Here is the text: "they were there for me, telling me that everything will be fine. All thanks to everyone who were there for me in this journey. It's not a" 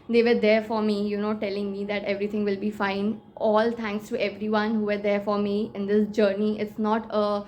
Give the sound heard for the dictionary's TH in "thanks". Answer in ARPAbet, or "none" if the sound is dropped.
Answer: T